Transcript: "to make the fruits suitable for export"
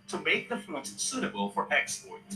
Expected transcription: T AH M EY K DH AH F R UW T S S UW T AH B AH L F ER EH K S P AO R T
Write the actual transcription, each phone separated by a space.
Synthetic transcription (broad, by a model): T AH M EY K DH AH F UW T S S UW T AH B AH L F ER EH K S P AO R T